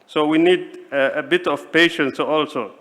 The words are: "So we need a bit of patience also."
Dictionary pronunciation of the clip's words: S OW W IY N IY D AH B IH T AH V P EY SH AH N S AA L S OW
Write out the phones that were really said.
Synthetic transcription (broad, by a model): S OW W IY N IY D AH B IH T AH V P EY SH AH N S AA L S OW